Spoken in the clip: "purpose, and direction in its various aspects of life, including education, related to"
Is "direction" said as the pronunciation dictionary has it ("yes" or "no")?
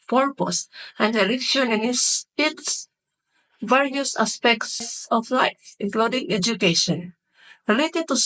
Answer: no